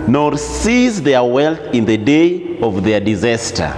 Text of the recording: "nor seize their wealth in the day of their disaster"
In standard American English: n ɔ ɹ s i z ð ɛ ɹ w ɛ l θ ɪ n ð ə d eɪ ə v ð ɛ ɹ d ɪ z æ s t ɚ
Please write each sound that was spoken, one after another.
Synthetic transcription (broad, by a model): n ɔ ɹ s i z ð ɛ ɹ w ɛ l θ ɪ n ð ə d eɪ ə v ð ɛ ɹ d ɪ z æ s t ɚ